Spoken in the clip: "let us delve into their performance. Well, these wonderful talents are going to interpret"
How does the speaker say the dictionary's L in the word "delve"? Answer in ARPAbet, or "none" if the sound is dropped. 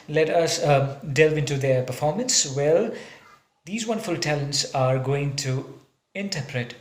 L